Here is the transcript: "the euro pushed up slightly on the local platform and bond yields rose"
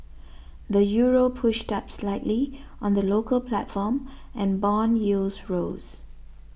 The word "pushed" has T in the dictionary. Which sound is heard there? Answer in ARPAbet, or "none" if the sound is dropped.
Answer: T